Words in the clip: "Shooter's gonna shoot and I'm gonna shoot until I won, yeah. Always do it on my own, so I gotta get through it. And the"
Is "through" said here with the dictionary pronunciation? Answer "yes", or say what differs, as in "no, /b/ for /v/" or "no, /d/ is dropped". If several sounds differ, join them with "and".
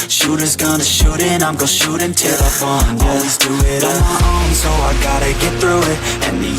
yes